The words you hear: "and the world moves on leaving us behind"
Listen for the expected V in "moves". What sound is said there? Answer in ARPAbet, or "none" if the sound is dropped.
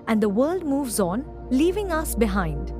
V